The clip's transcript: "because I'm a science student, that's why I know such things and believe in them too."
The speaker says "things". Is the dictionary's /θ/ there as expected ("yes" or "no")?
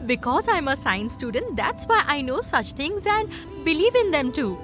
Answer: no